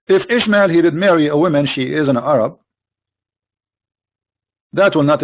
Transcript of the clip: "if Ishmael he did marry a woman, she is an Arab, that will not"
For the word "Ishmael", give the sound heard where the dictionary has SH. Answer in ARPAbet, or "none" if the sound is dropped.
SH